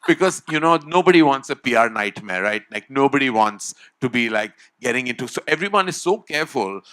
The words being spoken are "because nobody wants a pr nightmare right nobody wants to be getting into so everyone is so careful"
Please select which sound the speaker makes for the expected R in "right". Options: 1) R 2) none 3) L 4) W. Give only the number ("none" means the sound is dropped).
3